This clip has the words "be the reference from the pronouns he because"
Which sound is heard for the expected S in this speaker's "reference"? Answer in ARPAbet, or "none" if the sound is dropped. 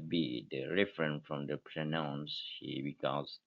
none